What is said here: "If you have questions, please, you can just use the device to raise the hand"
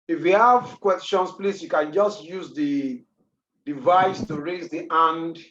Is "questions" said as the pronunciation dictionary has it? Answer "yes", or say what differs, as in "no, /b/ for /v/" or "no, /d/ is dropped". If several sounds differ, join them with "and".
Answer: no, /s/ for /z/